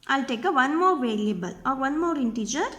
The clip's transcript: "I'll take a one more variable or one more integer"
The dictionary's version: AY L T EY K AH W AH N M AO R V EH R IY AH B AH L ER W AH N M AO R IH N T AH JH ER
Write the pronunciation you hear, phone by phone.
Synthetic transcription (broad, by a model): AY L T EY K AH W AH N M AO R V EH L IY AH B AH L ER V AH N M AO R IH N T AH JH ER